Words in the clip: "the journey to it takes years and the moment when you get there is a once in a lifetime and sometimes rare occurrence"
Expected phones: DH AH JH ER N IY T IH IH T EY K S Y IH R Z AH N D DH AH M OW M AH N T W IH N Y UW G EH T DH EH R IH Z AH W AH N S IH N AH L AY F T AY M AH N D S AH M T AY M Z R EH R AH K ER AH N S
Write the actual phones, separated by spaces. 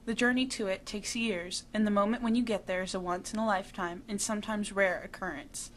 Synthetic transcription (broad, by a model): DH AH JH ER N IY T IH IH T EY K S Y IH R Z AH N DH AH M OW M AH N T W IH N Y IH G EH T DH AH R IH Z AH W AH N S IH N AH L AY F T AY M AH N S AH M T AY M Z R EH R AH K ER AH N S